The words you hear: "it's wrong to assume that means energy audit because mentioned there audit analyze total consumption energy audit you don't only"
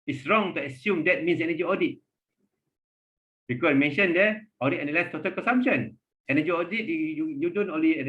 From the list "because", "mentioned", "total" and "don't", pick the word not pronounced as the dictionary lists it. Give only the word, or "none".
because